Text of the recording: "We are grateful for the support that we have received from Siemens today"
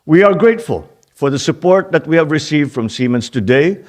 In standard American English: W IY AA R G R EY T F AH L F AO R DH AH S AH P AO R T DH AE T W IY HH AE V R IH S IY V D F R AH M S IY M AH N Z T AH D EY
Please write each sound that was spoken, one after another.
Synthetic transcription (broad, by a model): W IY AA R G R EY T F AH L F AO R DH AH S AH P AO R T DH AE T W IY HH AE V R IH S IY V D F R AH M S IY M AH N S T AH D EY